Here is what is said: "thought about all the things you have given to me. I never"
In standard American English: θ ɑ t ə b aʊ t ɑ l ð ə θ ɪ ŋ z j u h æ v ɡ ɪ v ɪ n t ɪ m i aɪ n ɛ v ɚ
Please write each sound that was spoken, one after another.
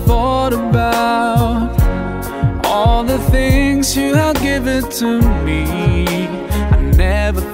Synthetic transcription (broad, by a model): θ ɑ t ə b aʊ t ɑ l ð ə θ ɪ ŋ z j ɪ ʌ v ɡ ɪ v ɪ n t ɪ m i aɪ n ɛ v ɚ